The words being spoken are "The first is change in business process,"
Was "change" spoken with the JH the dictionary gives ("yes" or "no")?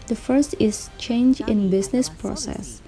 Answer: yes